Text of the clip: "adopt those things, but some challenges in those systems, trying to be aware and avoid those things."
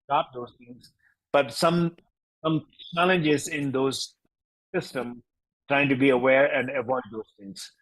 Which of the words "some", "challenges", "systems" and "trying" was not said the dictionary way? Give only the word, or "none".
systems